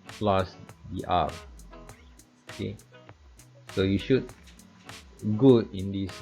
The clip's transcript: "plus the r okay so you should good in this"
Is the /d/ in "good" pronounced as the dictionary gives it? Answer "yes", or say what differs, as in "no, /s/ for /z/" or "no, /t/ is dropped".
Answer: no, /d/ is dropped